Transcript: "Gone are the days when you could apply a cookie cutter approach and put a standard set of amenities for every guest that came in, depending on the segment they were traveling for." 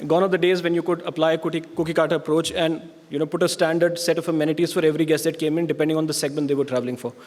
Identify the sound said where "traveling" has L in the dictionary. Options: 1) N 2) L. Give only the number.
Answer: 2